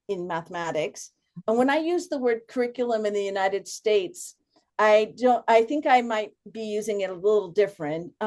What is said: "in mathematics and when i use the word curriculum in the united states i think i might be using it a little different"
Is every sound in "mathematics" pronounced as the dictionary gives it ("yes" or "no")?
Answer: yes